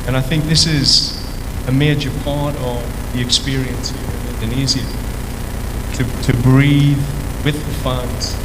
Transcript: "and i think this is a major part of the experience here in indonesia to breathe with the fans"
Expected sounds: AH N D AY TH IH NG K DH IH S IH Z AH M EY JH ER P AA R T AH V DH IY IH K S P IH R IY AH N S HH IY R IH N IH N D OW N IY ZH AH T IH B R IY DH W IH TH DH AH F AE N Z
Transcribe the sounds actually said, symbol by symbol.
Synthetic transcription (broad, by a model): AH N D AY TH IH NG K DH IH S IH Z AH M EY JH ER P AA R T AH V DH IY IH K S P IH R IY AH N S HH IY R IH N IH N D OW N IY Z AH T IH B R IY DH W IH DH AH F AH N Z